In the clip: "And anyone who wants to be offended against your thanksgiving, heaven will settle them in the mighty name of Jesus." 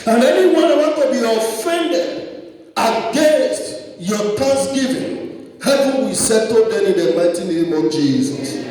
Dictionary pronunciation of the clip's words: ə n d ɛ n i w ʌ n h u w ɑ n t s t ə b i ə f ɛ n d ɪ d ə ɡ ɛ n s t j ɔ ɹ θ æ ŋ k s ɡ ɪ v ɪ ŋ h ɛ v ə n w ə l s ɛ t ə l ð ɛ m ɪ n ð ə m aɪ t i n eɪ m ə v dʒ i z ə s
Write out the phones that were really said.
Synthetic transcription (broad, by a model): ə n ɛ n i w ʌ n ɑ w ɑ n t t ə b i ə f ɛ n d ɪ d ə ɡ ɛ n s t j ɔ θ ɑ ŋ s ɡ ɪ v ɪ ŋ h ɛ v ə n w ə s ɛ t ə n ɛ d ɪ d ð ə m aɪ t i n eɪ m ə v dʒ i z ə s